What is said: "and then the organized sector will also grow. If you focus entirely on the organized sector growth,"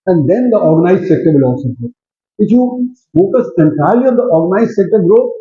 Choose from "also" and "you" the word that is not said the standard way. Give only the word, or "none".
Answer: also